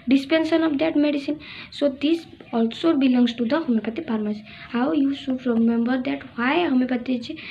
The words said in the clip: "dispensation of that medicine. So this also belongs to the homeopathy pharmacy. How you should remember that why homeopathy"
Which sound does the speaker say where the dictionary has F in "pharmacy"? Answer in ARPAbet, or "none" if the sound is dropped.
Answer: P